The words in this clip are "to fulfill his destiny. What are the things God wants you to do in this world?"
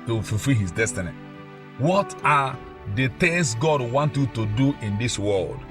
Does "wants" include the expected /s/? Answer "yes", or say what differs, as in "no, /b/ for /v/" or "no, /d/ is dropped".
no, /s/ is dropped